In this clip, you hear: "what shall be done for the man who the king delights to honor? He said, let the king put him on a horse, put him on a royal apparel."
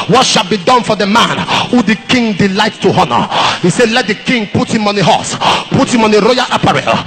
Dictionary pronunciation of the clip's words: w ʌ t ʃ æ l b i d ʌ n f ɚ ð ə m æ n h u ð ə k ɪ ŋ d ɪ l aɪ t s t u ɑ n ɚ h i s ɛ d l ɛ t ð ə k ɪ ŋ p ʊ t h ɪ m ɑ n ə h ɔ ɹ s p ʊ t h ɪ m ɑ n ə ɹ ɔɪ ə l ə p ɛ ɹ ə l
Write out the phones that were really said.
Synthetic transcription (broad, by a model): w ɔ t ʃ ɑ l b i d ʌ n f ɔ ð ə m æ n h u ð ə k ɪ ŋ d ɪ l aɪ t t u ɑ n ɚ h i s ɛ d l ɛ t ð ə k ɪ ŋ p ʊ t h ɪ m ɑ n ə h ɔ s p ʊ t h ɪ m ɑ n ə ɹ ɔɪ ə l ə p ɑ ɹ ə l